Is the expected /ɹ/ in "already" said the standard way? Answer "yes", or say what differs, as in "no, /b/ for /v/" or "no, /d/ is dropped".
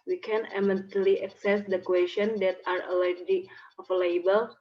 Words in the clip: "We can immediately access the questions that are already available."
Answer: no, /ɹ/ is dropped